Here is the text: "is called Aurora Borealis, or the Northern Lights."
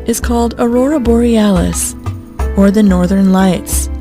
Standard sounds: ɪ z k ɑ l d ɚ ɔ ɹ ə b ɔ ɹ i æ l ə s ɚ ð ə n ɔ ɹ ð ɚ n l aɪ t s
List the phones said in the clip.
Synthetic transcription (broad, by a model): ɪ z k ɑ l d ɚ ɔ ɹ ə b ɔ ɹ i æ l ə s ɚ ð ə n ɔ ɹ ð ɚ n l aɪ t s